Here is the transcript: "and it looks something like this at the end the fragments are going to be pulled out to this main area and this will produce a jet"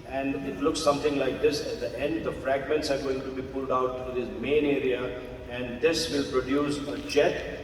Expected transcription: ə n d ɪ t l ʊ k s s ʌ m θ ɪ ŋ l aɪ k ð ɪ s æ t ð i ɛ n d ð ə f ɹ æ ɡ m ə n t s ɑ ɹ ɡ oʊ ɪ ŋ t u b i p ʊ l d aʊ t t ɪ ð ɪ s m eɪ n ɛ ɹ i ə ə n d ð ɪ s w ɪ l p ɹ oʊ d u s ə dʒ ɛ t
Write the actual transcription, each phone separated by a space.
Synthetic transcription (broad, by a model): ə n d ɪ t l ʊ k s s ʌ m t ɪ ŋ l aɪ k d ɪ s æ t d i ɛ n d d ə f ɹ æ ɡ m ə n t s ɑ ɹ ɡ oʊ ɪ ŋ t u b i p ʊ l d aʊ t t ɪ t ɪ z m eɪ n ɛ ɹ i ə ə n d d ɪ s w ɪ l p ɹ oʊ d u s ə dʒ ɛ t